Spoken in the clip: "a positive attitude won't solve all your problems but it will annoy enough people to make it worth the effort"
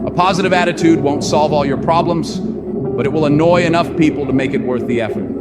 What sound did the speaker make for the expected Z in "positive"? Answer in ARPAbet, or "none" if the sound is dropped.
Z